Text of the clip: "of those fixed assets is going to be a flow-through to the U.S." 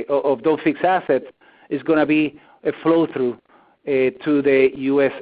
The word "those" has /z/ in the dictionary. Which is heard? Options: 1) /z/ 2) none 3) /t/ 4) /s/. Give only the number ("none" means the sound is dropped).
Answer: 2